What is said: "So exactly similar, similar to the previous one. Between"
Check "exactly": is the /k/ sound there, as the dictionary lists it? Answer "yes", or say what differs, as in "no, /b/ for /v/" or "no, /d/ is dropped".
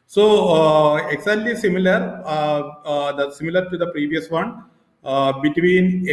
no, /k/ is dropped